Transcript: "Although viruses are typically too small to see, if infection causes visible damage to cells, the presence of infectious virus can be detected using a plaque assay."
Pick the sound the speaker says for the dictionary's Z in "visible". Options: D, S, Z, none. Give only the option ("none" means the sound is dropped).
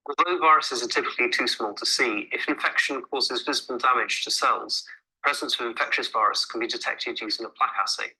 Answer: Z